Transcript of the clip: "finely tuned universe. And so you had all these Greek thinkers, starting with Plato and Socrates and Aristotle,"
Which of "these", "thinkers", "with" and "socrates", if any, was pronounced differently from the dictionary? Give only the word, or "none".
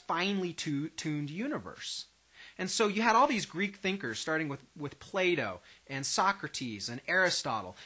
none